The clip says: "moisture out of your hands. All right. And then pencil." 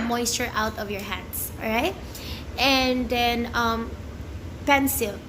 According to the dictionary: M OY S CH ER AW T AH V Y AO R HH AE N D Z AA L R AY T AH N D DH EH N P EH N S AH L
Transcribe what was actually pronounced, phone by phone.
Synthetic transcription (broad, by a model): M OY S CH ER AW T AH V Y AO R HH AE N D S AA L R AY T AH N D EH N P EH N S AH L